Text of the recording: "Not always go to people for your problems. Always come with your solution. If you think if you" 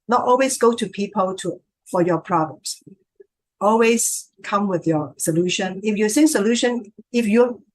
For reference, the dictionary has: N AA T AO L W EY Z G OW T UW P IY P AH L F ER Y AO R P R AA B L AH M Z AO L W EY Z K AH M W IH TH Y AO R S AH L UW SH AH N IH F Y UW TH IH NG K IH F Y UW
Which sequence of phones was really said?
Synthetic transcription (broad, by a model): N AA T AO L W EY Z G OW T UW P IY P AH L F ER Y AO P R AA B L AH M S AO L W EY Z K AH M W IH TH Y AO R S AH L UW SH AH N IH F Y UW S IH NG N IH F Y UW